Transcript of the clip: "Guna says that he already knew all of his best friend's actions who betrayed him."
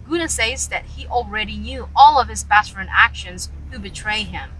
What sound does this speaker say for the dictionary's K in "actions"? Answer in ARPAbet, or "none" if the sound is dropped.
K